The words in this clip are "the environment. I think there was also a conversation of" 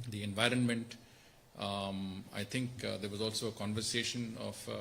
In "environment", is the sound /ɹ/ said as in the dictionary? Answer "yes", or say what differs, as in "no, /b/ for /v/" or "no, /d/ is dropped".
yes